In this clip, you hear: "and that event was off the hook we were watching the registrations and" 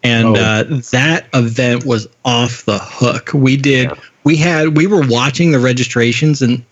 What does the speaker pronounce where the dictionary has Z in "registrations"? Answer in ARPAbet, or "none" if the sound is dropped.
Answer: Z